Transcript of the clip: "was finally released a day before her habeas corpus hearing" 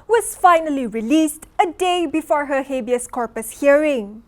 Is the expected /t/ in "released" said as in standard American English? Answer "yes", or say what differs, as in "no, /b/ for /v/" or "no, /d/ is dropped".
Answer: yes